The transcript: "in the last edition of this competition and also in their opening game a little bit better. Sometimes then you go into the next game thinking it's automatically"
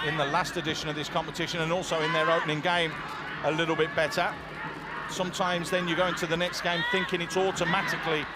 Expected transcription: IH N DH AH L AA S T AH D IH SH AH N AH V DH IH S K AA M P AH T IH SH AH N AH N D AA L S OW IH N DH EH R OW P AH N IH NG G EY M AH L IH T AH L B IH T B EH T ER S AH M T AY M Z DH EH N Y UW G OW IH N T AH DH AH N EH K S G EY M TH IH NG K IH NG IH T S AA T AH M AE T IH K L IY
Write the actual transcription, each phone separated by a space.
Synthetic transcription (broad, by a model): IH N DH AH L AA S T AH D IH SH AH N AH V DH IH S K AA M P AH T IH SH AH N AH N AA L S OW IH N DH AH R OW P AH N IH NG G EY M AH L IH T L B IH T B EH T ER S AH M T AY M Z DH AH N Y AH G OW IH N T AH DH AH N EH K S G EY M TH IH NG K IH NG IH T S AA T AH M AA T IH K L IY